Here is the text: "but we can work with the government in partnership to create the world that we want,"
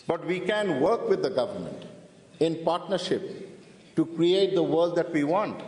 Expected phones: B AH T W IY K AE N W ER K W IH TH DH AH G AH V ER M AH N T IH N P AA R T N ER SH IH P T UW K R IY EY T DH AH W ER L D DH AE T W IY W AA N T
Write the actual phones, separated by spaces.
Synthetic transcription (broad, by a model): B AH T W IY K AE N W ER K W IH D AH G AH V ER M AH N T IH N P AA R T N ER SH IH P T UW K R IY EY T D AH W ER L D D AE T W IY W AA N T